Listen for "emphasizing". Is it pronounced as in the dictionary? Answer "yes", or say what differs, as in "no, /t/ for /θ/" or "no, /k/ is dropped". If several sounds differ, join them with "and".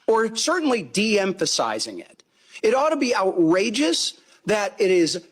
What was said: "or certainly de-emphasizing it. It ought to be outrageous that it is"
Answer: yes